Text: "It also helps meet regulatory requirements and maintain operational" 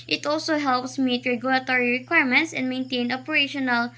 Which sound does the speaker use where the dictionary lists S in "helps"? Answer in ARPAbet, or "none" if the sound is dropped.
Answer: S